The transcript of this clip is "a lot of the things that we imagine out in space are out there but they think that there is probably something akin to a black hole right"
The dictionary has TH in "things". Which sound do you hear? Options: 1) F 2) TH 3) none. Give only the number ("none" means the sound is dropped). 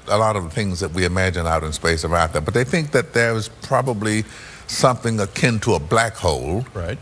2